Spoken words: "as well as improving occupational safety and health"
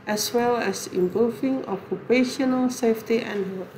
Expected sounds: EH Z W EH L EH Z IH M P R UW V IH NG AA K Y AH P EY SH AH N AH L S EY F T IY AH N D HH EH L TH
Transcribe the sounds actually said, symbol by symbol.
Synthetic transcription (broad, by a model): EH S W EH L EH S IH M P UW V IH NG AA K Y AH P EY SH AH N AH L S EY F T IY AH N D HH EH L